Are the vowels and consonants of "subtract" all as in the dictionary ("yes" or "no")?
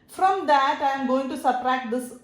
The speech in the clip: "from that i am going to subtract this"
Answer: no